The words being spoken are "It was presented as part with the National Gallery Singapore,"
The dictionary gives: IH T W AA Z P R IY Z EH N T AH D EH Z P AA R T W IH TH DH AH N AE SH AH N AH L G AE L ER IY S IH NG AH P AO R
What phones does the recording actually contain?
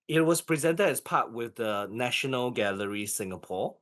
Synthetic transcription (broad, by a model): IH T W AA S P R IY Z EH N T AH D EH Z P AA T W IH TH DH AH N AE SH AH N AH L G AE L ER IY S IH NG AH P AO